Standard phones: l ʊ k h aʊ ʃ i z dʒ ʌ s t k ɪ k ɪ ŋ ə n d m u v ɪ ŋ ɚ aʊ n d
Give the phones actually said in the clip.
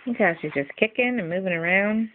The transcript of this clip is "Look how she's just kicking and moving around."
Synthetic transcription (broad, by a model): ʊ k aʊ ʃ i z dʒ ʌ s k ɪ k ɪ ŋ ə n m u v ɪ ŋ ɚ aʊ n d